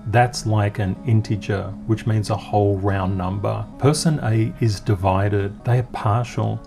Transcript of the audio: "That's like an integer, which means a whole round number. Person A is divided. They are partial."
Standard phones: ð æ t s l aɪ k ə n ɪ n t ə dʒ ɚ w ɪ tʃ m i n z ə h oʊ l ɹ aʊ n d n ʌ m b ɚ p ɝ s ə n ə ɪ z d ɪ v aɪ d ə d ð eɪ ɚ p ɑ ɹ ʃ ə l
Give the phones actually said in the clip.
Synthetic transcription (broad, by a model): ð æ t s l aɪ k ə n ɪ n t ə dʒ ɚ w ɪ tʃ m i n z ə h oʊ l ɹ aʊ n n ʌ m b ɚ p ɝ s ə n ə ɪ z d ɪ v aɪ d ə d ð eɪ ɚ p ɑ ɹ ʃ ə l